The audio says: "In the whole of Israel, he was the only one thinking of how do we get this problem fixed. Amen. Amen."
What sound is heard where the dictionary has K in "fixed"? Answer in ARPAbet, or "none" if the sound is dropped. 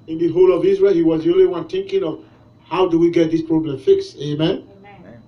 K